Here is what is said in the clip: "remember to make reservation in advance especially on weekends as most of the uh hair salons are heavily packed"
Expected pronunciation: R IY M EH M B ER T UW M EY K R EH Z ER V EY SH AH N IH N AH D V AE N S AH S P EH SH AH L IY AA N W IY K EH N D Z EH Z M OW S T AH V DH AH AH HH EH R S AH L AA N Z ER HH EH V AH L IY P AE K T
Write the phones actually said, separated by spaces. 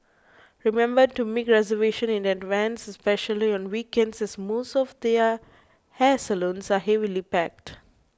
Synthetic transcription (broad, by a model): R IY M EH M B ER T UW M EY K R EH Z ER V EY SH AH N IH N AH D V AE N S AH S P EH SH AH L IY AA N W IY K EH N D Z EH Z M OW S T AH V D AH AH HH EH S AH L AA N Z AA HH EH V AH L IY P AE K T